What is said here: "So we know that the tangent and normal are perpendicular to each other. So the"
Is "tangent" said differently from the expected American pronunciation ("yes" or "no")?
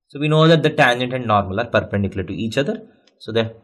no